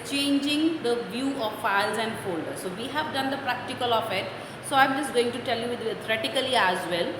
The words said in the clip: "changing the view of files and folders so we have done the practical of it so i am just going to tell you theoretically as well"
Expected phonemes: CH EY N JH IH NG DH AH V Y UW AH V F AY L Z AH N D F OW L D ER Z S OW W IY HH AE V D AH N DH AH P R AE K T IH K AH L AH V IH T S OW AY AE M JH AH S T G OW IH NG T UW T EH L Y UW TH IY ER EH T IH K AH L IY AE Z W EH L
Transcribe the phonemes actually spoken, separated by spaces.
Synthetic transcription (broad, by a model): CH EY N JH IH NG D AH V Y UW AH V F AY L Z AH N D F OW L D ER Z S OW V IY HH AE V D AH N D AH P R AE K T IH K AH L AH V IH T S OW AY M JH AH S T G OW IH NG T UW T EH L Y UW T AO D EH T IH K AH L IY AE Z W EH L